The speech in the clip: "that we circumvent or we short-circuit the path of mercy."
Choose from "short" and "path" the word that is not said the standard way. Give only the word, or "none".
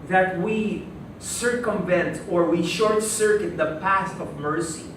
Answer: path